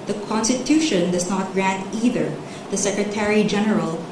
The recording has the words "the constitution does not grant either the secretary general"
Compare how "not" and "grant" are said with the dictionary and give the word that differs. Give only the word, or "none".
none